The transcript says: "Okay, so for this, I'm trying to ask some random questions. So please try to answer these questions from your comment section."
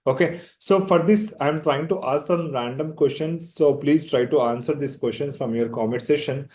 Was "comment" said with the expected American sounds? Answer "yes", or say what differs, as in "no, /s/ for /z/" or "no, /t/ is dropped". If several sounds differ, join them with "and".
no, /n/ is dropped